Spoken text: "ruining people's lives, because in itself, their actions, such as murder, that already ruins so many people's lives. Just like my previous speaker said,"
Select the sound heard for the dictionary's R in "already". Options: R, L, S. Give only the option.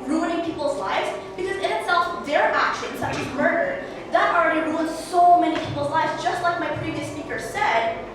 R